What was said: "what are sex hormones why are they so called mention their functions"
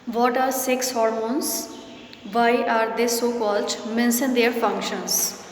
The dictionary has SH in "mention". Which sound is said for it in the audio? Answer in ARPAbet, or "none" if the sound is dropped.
S